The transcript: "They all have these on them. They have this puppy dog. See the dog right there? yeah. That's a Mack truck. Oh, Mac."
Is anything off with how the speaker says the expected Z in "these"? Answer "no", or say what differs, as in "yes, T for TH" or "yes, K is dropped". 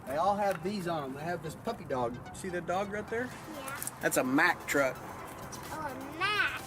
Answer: no